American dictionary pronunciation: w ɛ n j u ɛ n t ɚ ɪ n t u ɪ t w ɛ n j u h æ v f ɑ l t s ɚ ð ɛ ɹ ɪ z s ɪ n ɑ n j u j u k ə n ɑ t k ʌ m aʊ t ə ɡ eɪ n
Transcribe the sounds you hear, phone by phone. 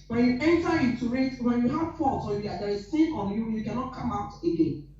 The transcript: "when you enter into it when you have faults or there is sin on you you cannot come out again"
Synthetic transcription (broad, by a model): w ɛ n j u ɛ n t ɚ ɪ t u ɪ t w ɛ n j u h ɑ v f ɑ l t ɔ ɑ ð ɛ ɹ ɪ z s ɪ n ɑ n j u j u k ə n ɑ t k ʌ m aʊ t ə ɡ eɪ n